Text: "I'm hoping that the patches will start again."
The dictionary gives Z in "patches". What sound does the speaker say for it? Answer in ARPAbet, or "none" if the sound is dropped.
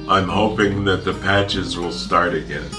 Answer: Z